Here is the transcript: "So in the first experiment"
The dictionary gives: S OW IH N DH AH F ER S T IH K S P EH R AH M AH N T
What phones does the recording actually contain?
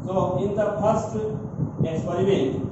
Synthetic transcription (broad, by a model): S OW IH N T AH P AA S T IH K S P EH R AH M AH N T